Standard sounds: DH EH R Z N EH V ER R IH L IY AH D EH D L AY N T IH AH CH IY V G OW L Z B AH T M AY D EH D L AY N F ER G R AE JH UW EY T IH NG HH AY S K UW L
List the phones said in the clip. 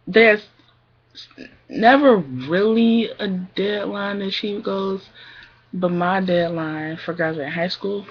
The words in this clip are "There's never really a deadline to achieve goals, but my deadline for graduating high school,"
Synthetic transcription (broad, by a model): DH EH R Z N EH V ER R IH L IY AH D EH D L AY N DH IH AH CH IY P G OW Z B AH T M AY D EH D L AY N F ER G R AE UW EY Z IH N HH AY S K UW L